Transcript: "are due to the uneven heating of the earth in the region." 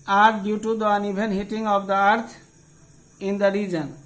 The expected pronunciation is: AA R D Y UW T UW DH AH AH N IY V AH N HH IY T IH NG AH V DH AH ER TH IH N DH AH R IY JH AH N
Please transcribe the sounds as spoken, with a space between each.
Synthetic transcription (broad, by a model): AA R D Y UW T UW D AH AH N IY B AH N HH IY T IH NG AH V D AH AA T IH N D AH R IY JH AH N